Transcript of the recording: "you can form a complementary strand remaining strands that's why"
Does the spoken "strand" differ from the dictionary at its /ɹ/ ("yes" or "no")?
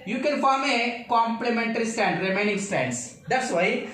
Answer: yes